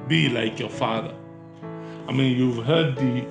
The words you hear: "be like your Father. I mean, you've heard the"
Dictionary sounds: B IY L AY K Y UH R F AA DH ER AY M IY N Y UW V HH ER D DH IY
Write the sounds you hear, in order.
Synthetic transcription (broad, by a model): B IY L AY K Y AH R F AA DH ER AY M IY N Y UW V HH ER D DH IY